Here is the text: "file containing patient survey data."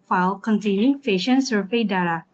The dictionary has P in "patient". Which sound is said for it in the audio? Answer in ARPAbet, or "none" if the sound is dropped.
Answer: F